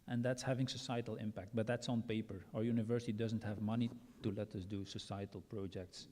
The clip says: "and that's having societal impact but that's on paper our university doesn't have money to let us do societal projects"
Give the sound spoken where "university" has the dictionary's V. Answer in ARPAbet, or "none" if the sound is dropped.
V